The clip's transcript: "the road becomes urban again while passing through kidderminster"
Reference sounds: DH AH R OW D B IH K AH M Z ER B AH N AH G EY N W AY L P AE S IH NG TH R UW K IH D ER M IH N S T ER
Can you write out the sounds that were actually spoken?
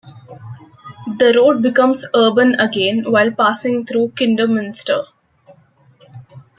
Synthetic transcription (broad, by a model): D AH R OW D B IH K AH M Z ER B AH N AH G EY N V AY L P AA S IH NG T R UW K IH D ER M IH N S T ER